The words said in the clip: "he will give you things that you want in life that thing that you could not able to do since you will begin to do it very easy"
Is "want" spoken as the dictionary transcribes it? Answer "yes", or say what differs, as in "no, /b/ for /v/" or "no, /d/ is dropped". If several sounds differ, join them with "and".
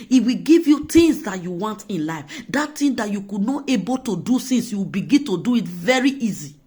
yes